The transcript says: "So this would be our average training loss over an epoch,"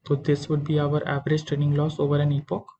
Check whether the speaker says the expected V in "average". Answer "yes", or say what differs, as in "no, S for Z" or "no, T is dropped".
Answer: yes